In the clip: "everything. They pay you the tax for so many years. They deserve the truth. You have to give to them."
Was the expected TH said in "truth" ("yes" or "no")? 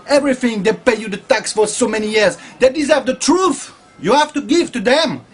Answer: yes